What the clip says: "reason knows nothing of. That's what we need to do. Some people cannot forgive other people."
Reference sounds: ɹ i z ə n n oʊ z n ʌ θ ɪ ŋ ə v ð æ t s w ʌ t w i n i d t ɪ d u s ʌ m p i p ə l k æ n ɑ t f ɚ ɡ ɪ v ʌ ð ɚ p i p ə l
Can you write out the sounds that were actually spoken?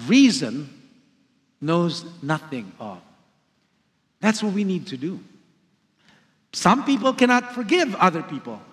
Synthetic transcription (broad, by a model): ɹ i z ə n n oʊ z n ʌ θ ɪ ŋ ə v ð æ t s w ʌ t w i n i d t ɪ d u s ʌ m p i p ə l k æ n ɑ t f ɚ ɡ ɪ v ʌ ð ɚ p i p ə l